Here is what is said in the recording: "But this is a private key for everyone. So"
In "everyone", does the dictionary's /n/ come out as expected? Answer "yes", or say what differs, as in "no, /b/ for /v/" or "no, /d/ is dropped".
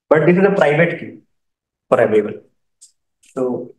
no, /l/ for /n/